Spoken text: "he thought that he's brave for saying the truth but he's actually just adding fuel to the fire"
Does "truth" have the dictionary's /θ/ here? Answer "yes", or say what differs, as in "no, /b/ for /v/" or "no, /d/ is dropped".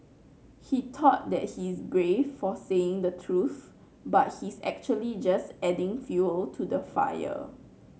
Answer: yes